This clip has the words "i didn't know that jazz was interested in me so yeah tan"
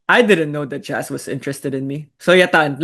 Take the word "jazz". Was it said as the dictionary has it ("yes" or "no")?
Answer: no